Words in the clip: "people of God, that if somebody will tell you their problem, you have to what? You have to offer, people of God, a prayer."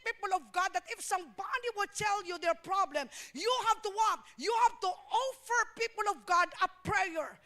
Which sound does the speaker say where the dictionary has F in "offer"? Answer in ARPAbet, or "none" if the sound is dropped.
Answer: F